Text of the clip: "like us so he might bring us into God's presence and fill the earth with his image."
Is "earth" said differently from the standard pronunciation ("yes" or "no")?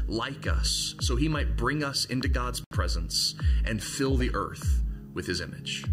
no